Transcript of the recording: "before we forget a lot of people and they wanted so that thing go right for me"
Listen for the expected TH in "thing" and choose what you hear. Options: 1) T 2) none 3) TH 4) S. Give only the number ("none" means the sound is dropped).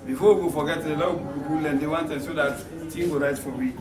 1